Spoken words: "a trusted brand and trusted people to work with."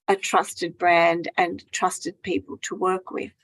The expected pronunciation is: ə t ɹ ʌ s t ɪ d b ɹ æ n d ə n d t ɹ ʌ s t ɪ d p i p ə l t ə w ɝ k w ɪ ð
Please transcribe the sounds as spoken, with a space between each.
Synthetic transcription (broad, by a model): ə t ɹ ʌ s t ɪ d b ɹ æ n d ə n t ɹ ʌ s t ɪ d p i p ə l t ə w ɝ k w ɪ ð